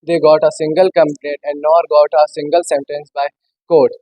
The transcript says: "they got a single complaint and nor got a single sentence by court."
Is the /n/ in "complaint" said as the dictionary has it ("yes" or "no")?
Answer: no